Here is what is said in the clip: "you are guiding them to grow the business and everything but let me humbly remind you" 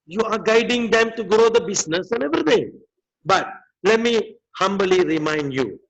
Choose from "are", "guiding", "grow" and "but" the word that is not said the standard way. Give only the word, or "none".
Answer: none